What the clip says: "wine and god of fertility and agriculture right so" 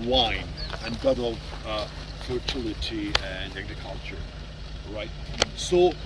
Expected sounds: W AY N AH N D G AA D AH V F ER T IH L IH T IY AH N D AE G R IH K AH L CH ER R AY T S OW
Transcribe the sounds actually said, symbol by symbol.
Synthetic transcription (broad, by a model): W AY N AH N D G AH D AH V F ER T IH L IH T IY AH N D AE G R IH K AH L CH ER R AY T S OW